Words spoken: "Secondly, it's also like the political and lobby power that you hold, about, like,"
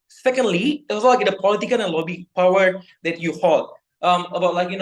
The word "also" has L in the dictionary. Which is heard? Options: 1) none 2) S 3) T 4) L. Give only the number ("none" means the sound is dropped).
1